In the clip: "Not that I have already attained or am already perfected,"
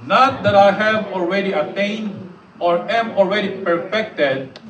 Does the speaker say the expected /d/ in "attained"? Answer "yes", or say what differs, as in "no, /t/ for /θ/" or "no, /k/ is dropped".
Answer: yes